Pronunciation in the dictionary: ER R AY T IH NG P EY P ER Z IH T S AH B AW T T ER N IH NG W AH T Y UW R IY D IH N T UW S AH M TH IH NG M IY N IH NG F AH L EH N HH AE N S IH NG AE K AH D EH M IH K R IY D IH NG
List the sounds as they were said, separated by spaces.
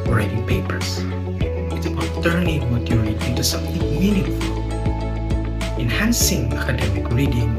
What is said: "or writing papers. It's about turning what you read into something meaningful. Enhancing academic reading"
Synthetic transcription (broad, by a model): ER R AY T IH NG P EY P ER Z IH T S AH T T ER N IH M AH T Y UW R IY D IH N T UW S AH M TH IH NG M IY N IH F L EH N HH AE N S IH NG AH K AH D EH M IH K R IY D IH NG